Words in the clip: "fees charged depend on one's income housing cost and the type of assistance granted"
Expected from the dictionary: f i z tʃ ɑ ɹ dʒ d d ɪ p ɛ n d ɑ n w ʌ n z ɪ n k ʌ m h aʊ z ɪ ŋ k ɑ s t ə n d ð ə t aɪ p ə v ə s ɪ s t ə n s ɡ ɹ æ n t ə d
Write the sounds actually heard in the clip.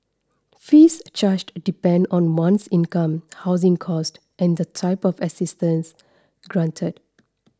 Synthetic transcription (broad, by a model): f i s tʃ ɑ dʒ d d ɪ p ɛ n d ɑ n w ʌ n s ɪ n k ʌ m h aʊ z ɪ ŋ k ɑ s t ə n d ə t aɪ p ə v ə s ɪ s t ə n s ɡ ɹ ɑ n t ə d